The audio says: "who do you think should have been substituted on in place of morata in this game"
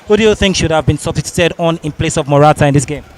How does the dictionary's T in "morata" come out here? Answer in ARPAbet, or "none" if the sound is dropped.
T